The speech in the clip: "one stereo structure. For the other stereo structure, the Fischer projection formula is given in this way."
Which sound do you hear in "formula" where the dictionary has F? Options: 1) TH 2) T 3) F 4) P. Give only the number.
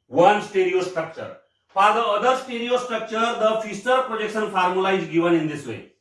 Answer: 4